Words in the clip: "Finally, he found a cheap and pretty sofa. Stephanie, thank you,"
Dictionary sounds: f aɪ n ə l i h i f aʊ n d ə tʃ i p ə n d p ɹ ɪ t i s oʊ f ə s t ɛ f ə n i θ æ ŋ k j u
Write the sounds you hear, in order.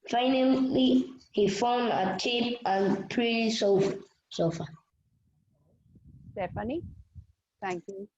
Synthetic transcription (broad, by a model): f aɪ n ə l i h i f aʊ n d ə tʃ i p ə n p ɹ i s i s oʊ f ə s t ɛ f ə n i t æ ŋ k j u